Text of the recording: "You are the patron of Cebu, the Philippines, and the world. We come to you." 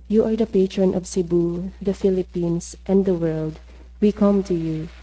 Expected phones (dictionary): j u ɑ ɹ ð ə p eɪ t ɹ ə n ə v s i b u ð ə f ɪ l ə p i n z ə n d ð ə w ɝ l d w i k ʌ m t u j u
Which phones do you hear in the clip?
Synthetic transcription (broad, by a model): j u ɑ ɹ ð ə p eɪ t ɹ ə n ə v s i b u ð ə f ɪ l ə p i n s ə n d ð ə w ɝ l d w i k ʌ m t u j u